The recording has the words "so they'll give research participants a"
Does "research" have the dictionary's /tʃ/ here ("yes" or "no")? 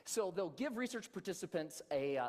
yes